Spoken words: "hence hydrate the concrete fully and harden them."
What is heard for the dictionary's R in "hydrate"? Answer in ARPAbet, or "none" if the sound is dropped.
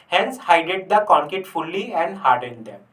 none